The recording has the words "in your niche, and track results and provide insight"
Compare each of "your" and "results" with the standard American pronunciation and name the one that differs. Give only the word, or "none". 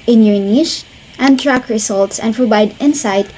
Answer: results